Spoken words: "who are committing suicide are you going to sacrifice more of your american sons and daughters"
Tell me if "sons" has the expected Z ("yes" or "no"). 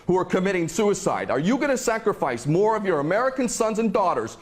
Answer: yes